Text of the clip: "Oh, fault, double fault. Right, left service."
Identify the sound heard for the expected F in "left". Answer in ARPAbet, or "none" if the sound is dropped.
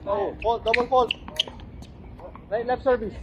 none